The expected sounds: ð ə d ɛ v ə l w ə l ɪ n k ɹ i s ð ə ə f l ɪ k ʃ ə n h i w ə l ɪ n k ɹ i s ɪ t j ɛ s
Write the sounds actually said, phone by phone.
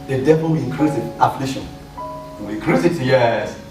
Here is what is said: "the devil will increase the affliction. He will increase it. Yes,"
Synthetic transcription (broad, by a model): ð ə d ɛ v ə l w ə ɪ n k ɹ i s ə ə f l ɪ ʃ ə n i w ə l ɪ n k ɹ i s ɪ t j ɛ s